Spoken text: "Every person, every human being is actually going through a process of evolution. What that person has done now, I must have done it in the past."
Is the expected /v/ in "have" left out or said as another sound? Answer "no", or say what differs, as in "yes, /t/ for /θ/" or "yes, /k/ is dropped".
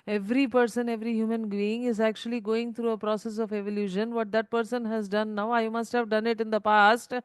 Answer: no